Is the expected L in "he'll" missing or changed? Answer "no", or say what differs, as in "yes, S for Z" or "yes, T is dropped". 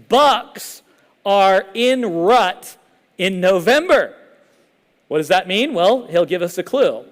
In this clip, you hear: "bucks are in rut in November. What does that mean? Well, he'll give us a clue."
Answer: no